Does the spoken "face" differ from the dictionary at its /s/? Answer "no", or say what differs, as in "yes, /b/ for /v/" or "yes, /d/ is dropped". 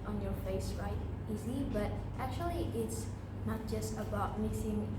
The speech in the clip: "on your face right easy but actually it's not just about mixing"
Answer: no